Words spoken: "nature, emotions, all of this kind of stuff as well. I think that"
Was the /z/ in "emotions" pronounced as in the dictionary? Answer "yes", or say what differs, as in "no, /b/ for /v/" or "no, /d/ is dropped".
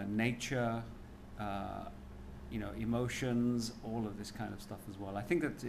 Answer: yes